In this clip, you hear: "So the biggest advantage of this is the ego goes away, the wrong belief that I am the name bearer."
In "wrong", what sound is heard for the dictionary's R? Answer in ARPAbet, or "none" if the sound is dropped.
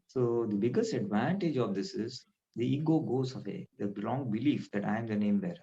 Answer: L